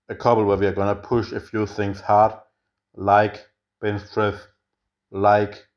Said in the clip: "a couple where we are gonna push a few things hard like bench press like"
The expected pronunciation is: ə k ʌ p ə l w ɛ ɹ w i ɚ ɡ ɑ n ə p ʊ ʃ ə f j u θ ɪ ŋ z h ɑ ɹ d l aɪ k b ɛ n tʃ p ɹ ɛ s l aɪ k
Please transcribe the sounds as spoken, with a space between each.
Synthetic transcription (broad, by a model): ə k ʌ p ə l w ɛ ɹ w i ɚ ɡ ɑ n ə p ʊ ʃ ə f j u θ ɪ ŋ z h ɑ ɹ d l aɪ k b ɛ n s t ɹ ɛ θ l aɪ k